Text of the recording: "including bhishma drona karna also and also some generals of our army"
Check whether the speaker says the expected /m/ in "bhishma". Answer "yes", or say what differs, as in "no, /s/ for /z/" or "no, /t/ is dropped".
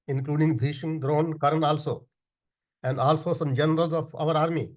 no, /m/ is dropped